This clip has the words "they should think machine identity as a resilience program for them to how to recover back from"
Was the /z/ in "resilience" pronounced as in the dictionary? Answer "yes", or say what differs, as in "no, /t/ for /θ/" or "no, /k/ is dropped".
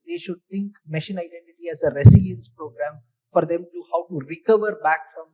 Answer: no, /s/ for /z/